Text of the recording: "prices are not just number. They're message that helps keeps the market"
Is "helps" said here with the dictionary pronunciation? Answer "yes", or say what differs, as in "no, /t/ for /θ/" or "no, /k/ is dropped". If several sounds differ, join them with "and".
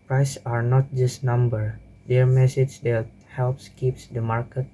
yes